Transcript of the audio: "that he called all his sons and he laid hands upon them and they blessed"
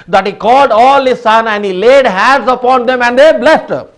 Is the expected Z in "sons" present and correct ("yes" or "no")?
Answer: no